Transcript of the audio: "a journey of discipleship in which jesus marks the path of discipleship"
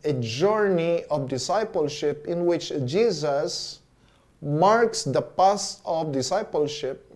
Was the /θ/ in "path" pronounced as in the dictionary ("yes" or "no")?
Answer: no